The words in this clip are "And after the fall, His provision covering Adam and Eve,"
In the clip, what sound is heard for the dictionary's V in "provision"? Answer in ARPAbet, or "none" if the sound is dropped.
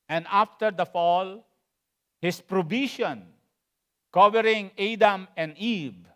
B